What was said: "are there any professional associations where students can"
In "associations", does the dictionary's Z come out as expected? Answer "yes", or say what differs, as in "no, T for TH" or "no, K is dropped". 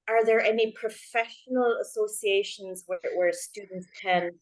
yes